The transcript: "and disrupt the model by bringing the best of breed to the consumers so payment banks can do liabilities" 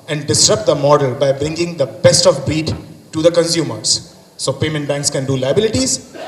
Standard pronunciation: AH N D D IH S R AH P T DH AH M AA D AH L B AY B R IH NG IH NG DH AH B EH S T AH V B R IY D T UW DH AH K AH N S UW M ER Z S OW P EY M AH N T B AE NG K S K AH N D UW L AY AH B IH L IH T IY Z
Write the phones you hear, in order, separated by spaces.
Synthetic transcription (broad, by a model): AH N D D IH S R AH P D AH M AA D AH L B AY B R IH NG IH NG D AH B EH S T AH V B IY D T UW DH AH K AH N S UW M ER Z S OW P EY M AH N T B AE NG K S K AH N D UW L AY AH B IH L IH T IY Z